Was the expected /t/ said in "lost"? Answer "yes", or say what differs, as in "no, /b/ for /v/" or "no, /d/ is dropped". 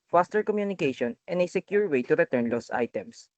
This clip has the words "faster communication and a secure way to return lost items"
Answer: no, /t/ is dropped